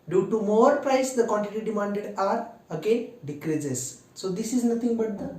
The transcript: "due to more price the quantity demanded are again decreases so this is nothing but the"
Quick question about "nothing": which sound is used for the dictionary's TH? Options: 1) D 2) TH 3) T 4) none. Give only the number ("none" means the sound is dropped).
3